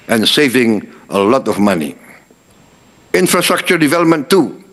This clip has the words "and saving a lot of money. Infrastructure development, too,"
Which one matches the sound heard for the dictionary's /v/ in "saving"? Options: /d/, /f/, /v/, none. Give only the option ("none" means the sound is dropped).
/v/